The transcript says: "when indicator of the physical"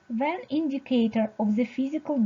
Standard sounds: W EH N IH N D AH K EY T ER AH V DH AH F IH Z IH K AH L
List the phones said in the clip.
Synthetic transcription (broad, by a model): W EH N IH N D AH K EY T ER AH V DH AH F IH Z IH K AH L